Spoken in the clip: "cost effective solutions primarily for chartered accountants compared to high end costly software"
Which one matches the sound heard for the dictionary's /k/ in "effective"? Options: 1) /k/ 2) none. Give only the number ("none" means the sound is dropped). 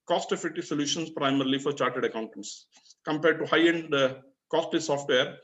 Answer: 2